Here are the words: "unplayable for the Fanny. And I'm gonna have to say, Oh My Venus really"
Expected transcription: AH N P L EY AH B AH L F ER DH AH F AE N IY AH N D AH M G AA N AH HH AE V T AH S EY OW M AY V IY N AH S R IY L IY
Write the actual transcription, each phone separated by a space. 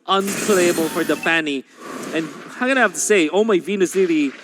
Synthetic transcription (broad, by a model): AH N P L EY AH B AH L F ER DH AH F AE N IY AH N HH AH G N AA AH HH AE F T AH S EY OW M AY V IY N AH S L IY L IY